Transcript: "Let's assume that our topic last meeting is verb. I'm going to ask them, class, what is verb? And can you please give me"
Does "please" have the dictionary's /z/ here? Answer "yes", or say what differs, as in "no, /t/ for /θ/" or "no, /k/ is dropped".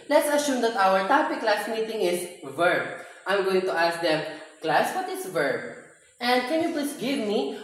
no, /s/ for /z/